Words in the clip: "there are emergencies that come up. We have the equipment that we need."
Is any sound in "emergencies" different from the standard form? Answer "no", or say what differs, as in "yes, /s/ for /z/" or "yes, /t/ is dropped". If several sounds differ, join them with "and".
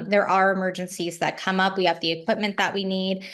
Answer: no